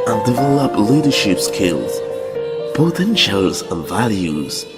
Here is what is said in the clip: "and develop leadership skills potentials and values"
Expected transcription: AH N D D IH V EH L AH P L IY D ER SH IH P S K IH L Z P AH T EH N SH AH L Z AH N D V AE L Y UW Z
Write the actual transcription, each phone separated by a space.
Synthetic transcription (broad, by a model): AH N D D IH V EH L AH P L IY D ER SH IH P S K IH L Z B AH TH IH N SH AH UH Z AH N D V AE L Y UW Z